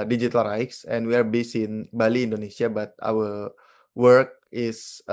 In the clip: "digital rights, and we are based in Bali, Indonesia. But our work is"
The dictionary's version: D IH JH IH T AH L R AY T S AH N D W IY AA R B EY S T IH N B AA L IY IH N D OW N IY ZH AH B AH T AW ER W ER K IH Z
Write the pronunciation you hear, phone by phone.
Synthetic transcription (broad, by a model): D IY JH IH T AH L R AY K S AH N W IY AA R B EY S IH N B AA L IY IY N D OW N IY S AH B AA T AW ER W ER K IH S